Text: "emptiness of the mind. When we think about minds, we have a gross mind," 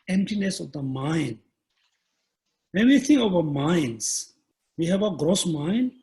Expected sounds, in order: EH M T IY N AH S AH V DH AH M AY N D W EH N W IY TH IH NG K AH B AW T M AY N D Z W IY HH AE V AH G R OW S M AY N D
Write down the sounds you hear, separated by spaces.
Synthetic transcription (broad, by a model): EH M T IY N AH S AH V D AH M AY N D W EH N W IY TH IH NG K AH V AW M AY N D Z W IY HH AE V AH G R OW S M AY N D